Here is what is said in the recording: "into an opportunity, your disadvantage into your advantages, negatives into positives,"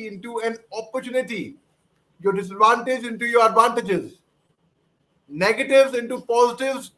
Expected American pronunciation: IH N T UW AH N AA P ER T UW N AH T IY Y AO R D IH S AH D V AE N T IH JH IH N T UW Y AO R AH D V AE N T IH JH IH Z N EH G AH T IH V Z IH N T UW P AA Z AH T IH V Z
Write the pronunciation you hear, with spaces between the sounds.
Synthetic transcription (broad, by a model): IH N T UW AH N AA P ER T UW N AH T IY Y AO R D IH S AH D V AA N T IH JH IH N T UW Y AO R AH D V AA N T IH JH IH Z N EH G AH T IH V Z IH N T UW P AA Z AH T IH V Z